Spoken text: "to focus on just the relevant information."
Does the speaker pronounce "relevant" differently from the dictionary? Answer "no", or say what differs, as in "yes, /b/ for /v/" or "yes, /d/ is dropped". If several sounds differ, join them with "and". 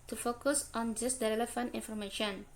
yes, /f/ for /v/